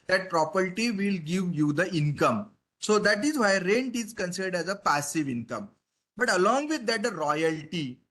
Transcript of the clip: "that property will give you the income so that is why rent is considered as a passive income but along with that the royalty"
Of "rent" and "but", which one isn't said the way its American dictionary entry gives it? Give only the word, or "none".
none